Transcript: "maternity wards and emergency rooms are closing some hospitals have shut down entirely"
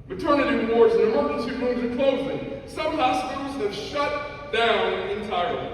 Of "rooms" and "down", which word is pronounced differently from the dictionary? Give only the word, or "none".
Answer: rooms